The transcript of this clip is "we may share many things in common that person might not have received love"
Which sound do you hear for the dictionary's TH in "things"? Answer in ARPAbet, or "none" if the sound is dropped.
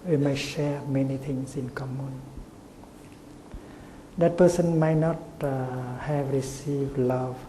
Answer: T